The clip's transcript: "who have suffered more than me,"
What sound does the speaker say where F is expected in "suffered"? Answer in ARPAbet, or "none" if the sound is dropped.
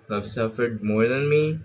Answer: F